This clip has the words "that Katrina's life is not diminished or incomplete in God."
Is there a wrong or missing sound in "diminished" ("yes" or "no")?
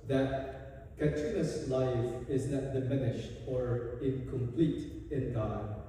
no